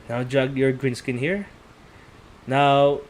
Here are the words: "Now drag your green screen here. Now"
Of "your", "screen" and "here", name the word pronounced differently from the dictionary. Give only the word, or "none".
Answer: screen